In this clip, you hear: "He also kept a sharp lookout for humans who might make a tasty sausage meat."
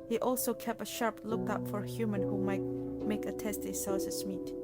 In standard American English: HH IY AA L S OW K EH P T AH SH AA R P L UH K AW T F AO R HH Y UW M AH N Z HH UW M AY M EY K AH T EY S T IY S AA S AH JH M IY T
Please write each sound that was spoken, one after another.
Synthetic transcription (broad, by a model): HH IY AA L S OW K EH P T AH SH AA R P L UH K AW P F AO R HH Y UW M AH N HH UW M AY M EY K AH T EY S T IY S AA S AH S M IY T